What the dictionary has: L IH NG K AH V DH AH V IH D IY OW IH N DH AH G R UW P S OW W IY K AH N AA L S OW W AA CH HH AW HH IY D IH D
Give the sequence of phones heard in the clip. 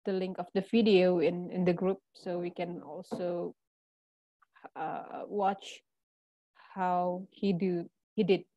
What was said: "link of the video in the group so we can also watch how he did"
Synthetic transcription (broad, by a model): L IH NG K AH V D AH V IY D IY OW IH N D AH G R UW P S OW W IY K AH N AA L S OW W AA CH HH AW HH IY D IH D